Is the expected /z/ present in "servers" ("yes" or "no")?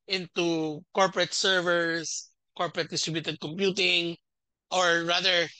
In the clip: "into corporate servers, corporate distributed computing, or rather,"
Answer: no